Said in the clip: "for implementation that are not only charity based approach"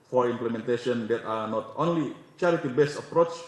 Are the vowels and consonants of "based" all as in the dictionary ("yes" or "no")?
no